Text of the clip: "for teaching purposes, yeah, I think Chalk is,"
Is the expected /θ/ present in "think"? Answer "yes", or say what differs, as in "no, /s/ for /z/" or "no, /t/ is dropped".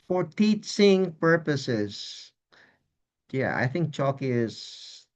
yes